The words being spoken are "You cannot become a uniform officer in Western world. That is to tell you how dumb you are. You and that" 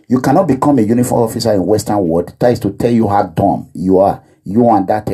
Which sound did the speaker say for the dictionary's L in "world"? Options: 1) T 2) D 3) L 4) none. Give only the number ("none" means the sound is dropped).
4